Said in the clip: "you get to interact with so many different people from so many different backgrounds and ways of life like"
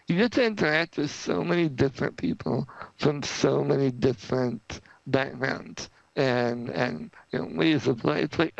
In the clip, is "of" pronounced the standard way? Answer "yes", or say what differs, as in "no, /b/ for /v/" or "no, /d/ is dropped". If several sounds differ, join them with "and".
no, /p/ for /v/